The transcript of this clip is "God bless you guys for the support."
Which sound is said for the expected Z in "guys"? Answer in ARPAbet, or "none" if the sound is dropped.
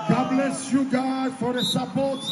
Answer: none